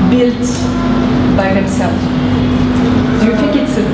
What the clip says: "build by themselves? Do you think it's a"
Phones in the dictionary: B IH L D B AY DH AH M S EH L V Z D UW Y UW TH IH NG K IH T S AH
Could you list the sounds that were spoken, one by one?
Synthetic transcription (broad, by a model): B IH L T B AY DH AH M S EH L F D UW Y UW F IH K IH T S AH